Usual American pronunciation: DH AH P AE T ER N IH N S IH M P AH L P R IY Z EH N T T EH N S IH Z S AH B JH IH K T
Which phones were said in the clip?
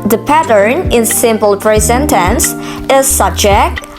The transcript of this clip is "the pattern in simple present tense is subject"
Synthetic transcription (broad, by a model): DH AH P AE T ER N IH N S IH M P AH L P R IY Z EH N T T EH N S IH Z S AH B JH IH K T